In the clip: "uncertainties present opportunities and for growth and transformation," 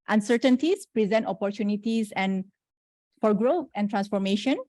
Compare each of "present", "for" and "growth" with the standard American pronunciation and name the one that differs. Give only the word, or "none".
growth